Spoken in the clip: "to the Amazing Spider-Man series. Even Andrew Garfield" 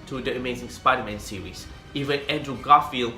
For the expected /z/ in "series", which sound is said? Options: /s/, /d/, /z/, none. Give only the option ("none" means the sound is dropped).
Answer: /s/